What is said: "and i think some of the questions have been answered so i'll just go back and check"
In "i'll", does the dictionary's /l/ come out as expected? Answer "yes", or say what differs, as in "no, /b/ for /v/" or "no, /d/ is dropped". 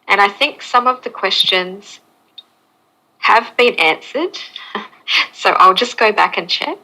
yes